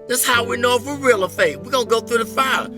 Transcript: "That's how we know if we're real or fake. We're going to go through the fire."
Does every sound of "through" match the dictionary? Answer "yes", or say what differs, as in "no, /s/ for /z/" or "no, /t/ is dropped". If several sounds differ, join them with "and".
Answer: yes